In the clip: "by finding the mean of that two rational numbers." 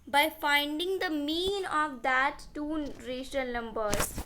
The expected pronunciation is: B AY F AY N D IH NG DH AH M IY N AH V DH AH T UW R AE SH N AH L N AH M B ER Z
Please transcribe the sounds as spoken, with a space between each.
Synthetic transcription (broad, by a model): B AY F AY N D IH NG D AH M IY N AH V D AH T UW R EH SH AH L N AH M B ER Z